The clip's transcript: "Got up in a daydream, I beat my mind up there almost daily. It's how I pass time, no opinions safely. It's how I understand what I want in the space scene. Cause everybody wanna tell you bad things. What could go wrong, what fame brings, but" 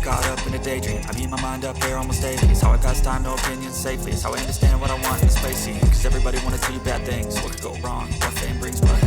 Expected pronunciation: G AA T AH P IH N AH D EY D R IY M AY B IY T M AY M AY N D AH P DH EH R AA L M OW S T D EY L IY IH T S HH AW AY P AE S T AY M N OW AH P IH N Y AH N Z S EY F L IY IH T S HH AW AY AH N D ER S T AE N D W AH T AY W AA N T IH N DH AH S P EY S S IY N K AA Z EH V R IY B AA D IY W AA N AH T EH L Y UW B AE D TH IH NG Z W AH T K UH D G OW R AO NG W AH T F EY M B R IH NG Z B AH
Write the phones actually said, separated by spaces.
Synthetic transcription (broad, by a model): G AA T AH P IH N AH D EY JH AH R AY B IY M AY M AY N D AH P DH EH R AA L M OW S T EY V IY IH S HH AW AY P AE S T AY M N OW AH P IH N Y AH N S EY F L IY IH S HH AW AY AH N D ER S T AE N D W AH T AY W AA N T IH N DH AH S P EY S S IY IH K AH Z EH V R IY B AA D IY W AA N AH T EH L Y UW B AE D TH IH NG Z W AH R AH G OW R AO NG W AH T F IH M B R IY Z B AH